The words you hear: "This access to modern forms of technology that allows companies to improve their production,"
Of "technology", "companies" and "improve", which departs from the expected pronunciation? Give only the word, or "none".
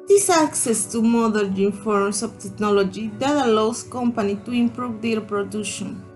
companies